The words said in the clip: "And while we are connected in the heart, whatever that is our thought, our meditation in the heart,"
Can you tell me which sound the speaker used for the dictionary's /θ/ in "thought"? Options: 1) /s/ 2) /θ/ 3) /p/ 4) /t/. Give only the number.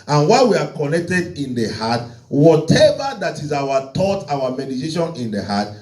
4